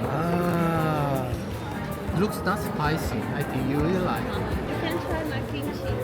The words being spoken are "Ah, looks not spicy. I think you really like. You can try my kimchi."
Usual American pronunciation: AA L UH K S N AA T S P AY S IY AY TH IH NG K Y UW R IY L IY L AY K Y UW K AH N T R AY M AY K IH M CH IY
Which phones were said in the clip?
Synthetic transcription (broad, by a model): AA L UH K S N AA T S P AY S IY AY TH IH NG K Y UW R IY IY L AY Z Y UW K AH N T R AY M AY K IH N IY